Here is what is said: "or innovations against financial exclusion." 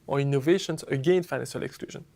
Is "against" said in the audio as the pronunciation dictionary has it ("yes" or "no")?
no